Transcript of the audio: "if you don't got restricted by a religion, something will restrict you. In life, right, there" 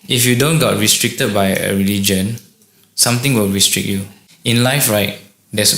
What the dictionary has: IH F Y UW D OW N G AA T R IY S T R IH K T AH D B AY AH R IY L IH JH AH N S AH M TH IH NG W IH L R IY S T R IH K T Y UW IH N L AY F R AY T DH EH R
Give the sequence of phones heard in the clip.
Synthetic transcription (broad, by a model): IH F Y UW D OW N G AA T R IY S T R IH K T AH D B AY AH R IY L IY JH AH N S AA M T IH NG W IH L R IY S T R IH K T Y UW IH N L AY F R AY T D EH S